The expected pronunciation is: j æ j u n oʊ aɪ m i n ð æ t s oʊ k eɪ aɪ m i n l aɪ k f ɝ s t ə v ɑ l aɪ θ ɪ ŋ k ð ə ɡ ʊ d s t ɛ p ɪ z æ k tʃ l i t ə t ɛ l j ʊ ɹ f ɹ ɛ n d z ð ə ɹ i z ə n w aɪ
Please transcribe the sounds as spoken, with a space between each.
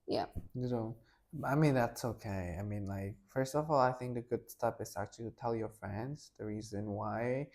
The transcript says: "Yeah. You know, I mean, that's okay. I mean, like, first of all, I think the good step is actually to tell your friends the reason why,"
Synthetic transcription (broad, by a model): j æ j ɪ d oʊ aɪ m i n ð æ t s oʊ k eɪ aɪ m i n l aɪ k f ɝ s t ə v ɑ l aɪ θ ɪ ŋ k ð ə ɡ ʊ d s t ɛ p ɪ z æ k tʃ i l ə t ɛ l j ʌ ɹ f ɹ ɛ n d z ð ə ɹ i z ə n w aɪ